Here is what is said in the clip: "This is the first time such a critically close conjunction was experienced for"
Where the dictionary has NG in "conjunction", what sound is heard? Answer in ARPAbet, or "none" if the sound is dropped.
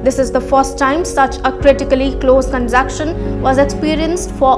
none